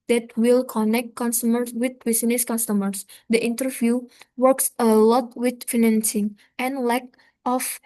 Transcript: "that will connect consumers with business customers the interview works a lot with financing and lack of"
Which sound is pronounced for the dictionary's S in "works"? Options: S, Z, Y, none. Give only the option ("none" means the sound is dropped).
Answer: S